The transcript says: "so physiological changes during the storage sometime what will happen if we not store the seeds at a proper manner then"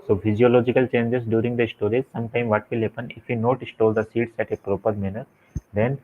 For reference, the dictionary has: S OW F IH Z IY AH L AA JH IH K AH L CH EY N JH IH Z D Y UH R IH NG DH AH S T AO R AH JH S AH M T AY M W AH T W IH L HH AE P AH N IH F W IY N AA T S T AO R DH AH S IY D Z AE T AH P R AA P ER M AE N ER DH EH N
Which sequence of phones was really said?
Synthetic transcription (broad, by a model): S OW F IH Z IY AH L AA JH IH K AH L CH EY N JH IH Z D Y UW R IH NG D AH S T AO R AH Z S AH M T AY M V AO T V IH L HH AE P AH N IH F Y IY N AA T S T AO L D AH S IY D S AE T AH P R AA P ER M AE N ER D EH N